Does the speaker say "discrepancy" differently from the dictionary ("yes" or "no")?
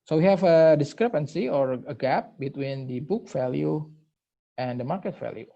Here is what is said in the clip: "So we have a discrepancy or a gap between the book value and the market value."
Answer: no